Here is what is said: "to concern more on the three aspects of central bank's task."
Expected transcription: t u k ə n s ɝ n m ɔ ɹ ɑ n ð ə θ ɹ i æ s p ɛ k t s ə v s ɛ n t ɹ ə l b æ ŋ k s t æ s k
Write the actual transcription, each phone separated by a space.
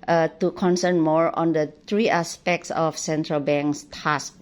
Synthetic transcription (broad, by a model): t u k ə n s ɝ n m ɔ ɹ ɑ n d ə t ɹ i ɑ s p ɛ k t s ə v s ɛ n t ɹ ə l b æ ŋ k s t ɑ s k